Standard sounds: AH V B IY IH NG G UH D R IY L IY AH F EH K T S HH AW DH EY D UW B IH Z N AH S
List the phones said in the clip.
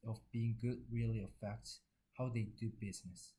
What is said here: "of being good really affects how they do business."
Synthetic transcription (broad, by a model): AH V B IY IH NG G UH D R IY L IY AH F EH K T HH AW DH EY D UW B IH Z N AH S